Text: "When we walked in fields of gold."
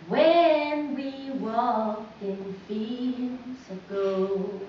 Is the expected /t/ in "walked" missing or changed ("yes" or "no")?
yes